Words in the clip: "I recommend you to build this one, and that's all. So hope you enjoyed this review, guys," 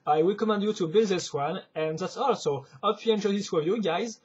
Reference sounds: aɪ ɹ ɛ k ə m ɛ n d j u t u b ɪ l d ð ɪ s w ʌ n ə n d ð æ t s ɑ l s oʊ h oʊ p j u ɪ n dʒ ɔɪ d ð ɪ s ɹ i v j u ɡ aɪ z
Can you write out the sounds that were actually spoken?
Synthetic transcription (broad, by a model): aɪ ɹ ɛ k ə m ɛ n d j u t u b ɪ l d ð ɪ s w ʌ n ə n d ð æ t s ɑ l s oʊ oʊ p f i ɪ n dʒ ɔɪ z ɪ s w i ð j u ɡ aɪ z